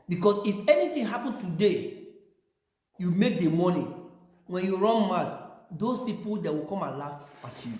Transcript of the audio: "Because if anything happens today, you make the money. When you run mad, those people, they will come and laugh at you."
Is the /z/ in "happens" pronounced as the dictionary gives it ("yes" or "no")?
no